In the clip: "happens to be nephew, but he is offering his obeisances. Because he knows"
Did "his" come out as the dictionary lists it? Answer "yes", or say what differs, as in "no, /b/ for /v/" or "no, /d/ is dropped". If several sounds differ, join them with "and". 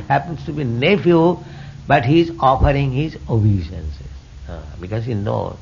yes